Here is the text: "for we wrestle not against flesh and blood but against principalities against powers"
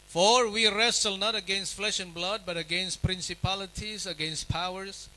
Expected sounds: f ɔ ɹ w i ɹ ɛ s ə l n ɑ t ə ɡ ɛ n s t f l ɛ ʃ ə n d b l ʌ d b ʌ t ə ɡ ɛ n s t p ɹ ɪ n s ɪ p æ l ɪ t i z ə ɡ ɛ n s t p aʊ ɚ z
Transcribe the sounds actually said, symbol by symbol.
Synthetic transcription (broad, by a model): f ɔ ɹ w i ɹ ɛ s ə l n ɑ t ə ɡ ɛ n s t f l ɛ ʃ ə n b l ʌ d b ʌ t ə ɡ ɛ n s t p ɹ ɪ n s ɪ p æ l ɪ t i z ə ɡ ɛ n s t p aʊ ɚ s